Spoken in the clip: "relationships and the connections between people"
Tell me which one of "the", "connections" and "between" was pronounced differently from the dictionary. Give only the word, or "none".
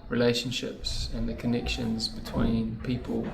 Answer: none